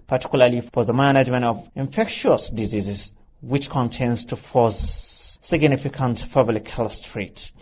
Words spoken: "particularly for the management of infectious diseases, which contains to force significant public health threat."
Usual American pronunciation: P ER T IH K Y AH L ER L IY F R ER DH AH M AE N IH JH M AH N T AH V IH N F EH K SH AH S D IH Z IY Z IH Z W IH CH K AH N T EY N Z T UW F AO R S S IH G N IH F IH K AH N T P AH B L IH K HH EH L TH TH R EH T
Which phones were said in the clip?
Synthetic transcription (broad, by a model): P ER T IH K Y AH L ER L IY F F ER DH AH M AE N IH JH M AH N T AH V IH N F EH K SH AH S D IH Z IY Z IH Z W IH CH K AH N T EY N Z T UW F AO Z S S IH G N IH F IH K AH N T F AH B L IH K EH L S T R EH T